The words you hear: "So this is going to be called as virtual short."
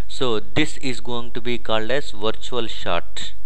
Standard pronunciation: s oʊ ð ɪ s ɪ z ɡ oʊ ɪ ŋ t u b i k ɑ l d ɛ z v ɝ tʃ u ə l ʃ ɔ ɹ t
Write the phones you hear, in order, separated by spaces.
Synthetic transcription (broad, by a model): s oʊ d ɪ s ɪ z ɡ oʊ ɪ ŋ t u b i k ɑ l d ɛ z v ɝ tʃ u ə l ʃ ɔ ɹ t